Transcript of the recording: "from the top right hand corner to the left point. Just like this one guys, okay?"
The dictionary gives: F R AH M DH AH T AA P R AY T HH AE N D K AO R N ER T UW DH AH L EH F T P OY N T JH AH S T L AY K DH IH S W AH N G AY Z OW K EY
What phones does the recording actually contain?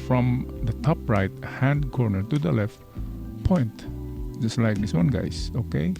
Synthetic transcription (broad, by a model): F R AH M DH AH T AA P R AY T HH AE N D K AO R N ER T UW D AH L EH F T P OY N T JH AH S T L AY K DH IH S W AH N G AY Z OW K EY